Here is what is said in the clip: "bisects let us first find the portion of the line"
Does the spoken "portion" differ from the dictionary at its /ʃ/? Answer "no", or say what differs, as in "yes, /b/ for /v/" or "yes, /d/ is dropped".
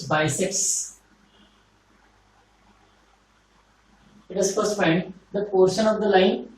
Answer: no